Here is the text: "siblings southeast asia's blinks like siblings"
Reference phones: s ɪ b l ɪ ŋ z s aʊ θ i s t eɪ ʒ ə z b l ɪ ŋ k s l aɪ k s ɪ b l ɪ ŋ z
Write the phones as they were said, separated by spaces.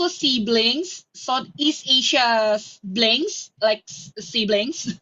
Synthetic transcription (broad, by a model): s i b l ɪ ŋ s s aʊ t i s t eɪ ʃ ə b l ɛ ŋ s l aɪ k s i b l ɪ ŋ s